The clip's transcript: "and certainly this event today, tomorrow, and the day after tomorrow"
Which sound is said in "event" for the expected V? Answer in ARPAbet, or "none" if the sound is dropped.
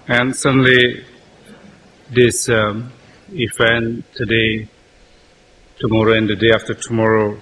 F